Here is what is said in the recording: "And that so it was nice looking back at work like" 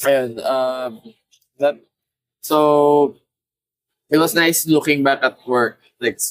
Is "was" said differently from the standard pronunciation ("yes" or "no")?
yes